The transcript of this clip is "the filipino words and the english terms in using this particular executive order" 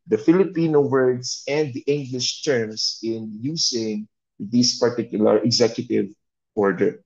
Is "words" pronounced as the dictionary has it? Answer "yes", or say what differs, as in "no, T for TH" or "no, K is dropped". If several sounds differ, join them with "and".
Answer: no, S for Z